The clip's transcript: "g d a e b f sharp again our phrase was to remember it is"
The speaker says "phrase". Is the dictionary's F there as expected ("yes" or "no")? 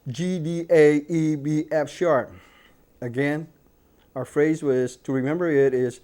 yes